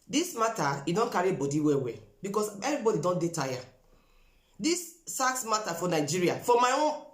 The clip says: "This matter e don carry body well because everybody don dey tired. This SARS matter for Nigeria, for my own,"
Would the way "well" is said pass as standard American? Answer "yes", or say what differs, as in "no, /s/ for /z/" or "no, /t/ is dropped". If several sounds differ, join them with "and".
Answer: no, /w/ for /l/